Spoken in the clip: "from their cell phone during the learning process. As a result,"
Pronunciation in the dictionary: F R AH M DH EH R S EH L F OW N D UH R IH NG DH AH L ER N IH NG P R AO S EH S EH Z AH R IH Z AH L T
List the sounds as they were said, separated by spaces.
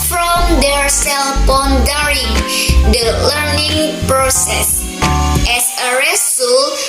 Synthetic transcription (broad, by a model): F R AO M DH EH R S EH L P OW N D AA R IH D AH L ER N IH NG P R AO S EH S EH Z AH R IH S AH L